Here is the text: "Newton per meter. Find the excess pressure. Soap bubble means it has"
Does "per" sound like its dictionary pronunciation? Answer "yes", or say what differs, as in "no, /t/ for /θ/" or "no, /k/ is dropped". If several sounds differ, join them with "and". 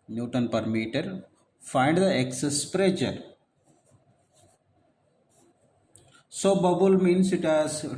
yes